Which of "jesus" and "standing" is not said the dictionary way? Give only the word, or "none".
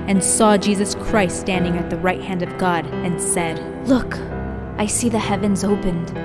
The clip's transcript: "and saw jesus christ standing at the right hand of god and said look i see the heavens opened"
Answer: none